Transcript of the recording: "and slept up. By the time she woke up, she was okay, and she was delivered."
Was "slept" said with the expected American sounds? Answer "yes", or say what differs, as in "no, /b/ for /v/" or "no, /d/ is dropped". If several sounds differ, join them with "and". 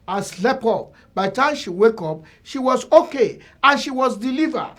no, /t/ is dropped